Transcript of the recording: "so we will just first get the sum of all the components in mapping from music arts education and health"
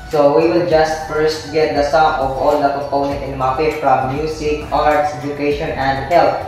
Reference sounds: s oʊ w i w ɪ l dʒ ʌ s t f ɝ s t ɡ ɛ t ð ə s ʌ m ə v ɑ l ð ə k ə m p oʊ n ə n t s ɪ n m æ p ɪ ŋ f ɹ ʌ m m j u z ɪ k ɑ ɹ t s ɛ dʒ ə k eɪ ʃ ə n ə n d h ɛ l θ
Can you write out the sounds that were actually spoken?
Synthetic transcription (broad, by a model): s oʊ w i w ɪ l dʒ ʌ s t f ɝ s t ɡ ɛ t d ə s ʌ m ə v ɑ l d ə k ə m p oʊ n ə n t ɪ n m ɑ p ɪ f ɹ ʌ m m j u s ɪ k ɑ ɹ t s ɛ dʒ ə k eɪ ʃ ə n ə n d h ɛ l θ